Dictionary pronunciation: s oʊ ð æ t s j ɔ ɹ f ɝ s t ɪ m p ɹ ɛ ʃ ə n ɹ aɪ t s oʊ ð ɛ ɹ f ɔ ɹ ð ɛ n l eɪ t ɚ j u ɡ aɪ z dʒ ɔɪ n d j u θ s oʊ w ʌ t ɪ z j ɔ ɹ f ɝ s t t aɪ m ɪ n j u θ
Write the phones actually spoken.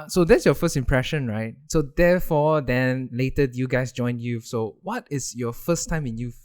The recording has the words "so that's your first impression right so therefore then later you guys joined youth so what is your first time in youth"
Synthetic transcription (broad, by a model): s oʊ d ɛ t s j ɔ f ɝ s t ɪ m p ɹ ɛ ʃ ə n ɹ aɪ t s oʊ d ɛ f ɔ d ɛ n l eɪ t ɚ j u ɡ aɪ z dʒ ɔɪ n d j u s oʊ w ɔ t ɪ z j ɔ f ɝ s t t aɪ m ɪ n j u